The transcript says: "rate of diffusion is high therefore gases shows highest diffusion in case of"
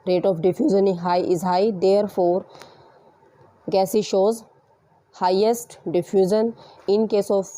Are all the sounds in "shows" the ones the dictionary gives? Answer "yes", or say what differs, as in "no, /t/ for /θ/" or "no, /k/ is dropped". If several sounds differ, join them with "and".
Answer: yes